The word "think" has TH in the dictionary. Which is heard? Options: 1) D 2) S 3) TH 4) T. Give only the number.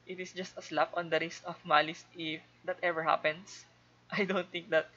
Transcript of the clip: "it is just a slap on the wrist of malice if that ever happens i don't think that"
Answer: 4